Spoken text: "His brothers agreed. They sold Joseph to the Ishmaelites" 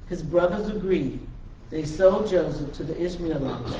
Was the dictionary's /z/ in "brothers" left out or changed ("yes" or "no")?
no